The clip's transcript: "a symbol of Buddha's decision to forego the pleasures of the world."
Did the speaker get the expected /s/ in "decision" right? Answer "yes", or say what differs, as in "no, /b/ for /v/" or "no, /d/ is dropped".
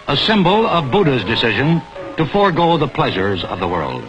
yes